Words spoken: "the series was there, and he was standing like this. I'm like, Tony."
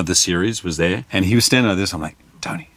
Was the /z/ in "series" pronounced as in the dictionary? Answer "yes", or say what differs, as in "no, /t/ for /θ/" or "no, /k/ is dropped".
yes